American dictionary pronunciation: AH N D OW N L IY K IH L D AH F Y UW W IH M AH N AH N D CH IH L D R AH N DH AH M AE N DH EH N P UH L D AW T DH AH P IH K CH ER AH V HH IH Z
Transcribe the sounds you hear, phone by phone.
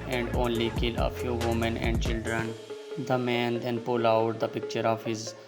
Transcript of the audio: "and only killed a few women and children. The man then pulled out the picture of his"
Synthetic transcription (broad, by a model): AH N D OW N L IY K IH L AH F Y UW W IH M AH N AH N D CH IH L D R AH N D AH M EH N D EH N P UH L AW T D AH P IH K CH ER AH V HH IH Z